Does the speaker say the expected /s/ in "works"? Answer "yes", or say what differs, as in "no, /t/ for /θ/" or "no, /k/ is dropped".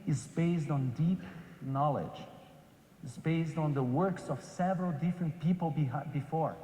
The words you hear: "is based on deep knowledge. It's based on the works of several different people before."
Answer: yes